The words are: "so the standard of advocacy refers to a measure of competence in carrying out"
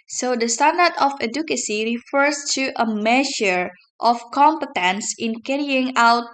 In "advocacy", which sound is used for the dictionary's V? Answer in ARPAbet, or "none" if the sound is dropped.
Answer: none